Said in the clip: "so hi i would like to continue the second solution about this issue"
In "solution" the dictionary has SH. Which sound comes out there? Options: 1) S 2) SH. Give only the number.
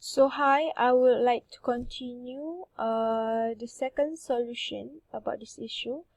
2